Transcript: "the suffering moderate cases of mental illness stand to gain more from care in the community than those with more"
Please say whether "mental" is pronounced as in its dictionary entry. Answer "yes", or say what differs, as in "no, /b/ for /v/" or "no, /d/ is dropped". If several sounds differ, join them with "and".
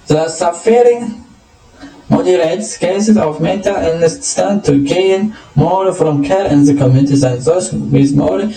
no, /n/ is dropped